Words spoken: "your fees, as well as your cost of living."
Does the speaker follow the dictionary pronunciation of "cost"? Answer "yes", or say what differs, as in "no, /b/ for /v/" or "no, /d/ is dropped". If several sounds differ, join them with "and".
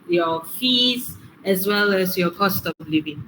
yes